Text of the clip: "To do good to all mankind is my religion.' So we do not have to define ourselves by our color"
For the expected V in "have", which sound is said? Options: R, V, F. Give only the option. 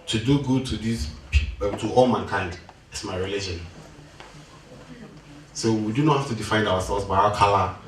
F